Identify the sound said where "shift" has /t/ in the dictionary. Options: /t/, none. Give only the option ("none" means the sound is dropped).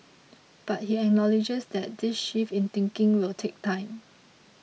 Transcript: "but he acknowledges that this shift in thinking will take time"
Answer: none